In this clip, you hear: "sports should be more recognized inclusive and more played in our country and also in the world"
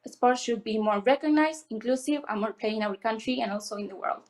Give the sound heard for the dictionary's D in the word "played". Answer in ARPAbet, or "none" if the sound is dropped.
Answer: none